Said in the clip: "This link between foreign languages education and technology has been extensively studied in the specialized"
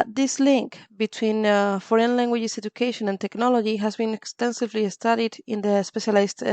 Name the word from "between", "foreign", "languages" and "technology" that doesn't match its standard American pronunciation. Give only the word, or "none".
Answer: languages